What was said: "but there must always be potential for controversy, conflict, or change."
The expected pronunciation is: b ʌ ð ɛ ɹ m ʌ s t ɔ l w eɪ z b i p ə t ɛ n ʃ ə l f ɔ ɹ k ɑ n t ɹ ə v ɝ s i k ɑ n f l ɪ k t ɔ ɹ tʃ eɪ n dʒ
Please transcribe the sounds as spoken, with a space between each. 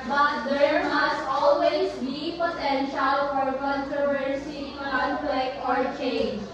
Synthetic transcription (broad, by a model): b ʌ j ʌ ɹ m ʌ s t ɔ l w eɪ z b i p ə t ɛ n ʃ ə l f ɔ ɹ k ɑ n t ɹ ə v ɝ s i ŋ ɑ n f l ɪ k ɔ ɹ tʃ eɪ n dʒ